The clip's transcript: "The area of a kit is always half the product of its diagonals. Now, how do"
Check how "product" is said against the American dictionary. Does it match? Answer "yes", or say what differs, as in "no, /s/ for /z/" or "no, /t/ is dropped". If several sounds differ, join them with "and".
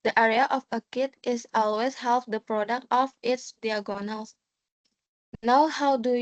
yes